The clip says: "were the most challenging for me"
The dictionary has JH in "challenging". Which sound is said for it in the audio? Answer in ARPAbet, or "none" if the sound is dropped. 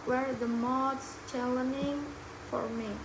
none